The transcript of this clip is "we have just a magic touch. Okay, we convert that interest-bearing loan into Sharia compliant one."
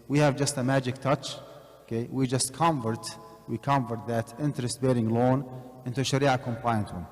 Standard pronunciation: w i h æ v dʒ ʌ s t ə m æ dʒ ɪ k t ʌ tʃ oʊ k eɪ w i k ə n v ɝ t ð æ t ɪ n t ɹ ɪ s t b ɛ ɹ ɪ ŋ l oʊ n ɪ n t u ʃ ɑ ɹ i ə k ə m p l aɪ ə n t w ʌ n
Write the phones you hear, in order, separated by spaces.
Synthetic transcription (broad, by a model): w i h æ v dʒ ʌ s t ə m æ dʒ ɪ k t ʌ tʃ oʊ k eɪ w i k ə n v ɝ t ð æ t ɪ n t ɹ ɪ s t b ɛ ɹ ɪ ŋ l oʊ n ɪ n t u ʃ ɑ ɹ i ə k ə m p l aɪ ə n t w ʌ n